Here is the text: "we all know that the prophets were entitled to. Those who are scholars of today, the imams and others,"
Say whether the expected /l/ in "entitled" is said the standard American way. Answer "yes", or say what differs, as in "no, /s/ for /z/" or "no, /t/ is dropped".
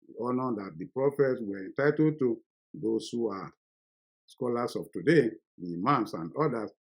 no, /l/ is dropped